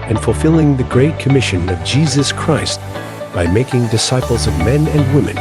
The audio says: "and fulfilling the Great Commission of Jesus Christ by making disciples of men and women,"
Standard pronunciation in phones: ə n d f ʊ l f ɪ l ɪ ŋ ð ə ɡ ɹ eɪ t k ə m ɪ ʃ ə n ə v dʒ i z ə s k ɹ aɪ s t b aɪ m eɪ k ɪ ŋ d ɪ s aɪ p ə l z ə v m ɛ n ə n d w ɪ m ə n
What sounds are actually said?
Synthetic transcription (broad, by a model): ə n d f l f ɪ l ɪ ŋ ð ə ɡ ɹ eɪ t k ə m ɪ ʃ ə n ə v dʒ i z ə s k ɹ aɪ s t b aɪ m eɪ k ɪ ŋ d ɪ s aɪ p l z ə v m ɛ n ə n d w ɪ m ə n